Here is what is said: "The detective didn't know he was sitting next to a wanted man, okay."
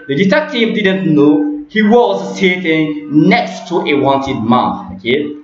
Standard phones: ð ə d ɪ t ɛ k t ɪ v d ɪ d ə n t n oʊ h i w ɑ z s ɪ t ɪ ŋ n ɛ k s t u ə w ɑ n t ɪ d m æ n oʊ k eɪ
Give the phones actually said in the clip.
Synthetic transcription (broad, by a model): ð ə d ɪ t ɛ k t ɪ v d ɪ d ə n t n oʊ h i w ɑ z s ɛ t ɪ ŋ n ɛ k s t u ə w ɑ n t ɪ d m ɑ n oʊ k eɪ